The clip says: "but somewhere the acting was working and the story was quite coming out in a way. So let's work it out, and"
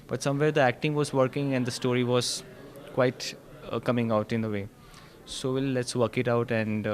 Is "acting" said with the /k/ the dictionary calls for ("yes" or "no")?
yes